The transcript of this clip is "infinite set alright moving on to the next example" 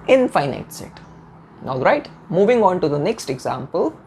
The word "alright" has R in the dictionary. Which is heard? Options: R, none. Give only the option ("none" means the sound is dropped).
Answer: R